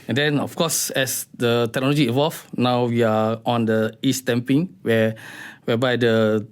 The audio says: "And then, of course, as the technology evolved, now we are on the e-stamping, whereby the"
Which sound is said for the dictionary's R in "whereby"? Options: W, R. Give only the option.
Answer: W